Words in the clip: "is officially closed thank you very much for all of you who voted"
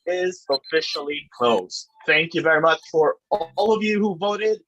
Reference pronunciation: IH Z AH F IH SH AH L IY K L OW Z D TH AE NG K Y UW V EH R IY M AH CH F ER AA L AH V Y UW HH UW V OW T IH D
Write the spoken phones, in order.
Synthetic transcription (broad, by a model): IH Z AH F IH SH L IY K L OW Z TH AE NG K Y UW V EH R IY M AH CH F ER AA L AH V Y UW HH UW V OW T IH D